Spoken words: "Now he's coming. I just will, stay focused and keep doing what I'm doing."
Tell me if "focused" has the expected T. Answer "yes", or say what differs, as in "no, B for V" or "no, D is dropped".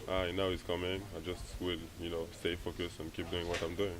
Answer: no, T is dropped